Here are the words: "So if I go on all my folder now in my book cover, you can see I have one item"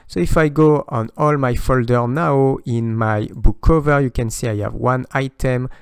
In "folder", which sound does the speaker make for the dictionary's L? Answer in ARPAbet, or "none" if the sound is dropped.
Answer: L